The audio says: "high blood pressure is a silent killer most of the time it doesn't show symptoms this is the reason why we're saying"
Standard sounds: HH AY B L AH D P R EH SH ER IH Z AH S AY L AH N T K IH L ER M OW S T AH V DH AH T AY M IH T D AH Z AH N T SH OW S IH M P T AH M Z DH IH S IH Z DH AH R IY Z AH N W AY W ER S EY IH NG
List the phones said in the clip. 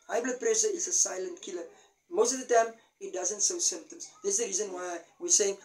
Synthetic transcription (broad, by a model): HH AY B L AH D P R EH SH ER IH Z AH S AY L AH N T K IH L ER M OW S T AH V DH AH T AY M IH T D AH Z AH N T S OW S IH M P T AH M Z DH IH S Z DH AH R IY Z AH N W AY W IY S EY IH NG